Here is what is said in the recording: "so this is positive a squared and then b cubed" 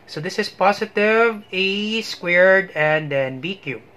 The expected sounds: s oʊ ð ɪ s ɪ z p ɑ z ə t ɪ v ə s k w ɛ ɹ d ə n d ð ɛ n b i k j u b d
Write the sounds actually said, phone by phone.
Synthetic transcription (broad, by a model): s oʊ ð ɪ s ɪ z p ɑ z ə t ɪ v ə s k w ɛ ɹ d ə n d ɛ n b i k j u